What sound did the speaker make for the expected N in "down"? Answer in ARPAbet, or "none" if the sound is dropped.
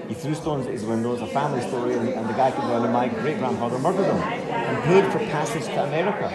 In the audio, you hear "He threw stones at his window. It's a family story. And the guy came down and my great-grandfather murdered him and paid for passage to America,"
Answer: none